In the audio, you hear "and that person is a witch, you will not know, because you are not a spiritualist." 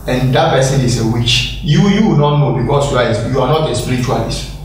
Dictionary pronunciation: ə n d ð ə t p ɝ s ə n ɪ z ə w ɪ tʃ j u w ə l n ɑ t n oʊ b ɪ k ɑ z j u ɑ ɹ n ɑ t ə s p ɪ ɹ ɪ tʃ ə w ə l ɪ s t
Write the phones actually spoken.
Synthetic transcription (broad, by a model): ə n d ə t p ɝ s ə n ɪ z ə w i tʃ j u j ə w n ɑ t n oʊ b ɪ k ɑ s j u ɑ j n ɑ t ə s p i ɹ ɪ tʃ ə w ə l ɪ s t